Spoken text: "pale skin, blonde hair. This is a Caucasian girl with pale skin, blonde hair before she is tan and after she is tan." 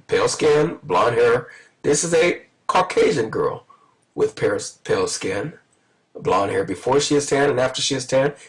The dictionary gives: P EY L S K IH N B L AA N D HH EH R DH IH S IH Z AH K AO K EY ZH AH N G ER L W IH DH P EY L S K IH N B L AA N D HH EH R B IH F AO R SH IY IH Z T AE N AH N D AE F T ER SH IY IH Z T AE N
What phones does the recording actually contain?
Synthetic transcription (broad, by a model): P EY L S K IH N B L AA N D HH EH R DH IH S IH Z AH K AO K EY ZH AH N G ER L W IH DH P EY L S K IH N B L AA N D HH EH R B IH F AO R SH IY IH Z T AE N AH N AE F T ER SH IY IH Z T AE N